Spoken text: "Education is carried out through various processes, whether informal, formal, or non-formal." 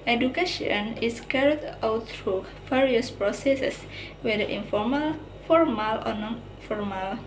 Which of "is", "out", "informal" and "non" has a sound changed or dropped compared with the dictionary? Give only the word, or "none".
is